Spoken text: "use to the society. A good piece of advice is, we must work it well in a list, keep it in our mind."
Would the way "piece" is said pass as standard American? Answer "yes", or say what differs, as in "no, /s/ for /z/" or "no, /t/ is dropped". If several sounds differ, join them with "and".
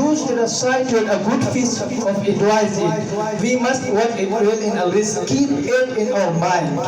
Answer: no, /f/ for /p/